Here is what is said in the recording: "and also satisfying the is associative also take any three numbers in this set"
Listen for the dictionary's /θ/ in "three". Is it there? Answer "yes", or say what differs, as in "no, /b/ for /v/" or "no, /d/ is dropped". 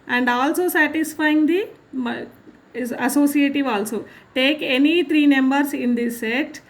no, /t/ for /θ/